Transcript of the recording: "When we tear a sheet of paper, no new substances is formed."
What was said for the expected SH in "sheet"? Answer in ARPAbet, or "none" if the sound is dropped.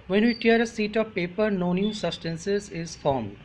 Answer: S